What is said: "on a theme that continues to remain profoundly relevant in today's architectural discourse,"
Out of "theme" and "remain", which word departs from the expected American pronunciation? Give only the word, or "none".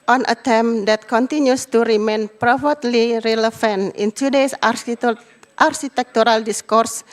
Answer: theme